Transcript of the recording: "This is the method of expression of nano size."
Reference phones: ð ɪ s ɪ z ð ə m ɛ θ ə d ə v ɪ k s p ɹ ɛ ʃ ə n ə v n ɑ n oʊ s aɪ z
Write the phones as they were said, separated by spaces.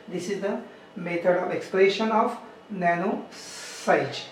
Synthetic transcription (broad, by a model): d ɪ s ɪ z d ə m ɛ t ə d ə v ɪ k s p l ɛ ʃ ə n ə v n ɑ n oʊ s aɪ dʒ